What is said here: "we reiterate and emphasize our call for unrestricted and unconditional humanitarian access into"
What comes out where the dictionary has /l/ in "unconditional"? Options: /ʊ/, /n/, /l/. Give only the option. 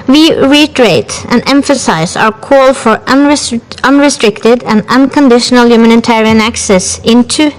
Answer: /l/